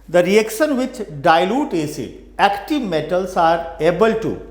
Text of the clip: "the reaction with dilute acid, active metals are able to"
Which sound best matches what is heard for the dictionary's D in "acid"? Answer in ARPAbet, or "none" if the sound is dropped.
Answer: none